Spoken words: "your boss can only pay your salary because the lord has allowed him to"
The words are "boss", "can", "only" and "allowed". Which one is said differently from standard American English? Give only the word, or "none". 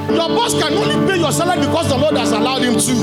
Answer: none